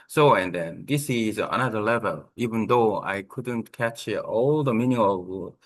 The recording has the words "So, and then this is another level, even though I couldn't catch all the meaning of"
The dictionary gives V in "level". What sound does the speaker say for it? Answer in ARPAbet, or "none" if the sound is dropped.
V